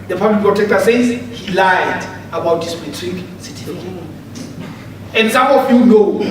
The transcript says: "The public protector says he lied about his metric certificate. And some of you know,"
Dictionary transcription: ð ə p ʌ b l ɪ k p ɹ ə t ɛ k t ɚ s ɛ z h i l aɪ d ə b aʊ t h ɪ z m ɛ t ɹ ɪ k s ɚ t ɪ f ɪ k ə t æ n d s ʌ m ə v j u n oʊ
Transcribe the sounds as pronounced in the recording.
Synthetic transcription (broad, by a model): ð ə p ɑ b l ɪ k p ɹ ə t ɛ k t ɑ s ɛ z h i l aɪ d ə b aʊ t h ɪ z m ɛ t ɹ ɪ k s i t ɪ ə n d s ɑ m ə f j u n oʊ